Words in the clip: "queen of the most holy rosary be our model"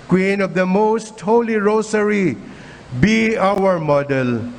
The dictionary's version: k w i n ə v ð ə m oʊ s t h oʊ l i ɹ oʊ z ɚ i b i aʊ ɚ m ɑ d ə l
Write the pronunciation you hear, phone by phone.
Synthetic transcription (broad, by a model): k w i n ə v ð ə m oʊ s t h oʊ l i ɹ oʊ s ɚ i b i aʊ ɚ m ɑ d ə l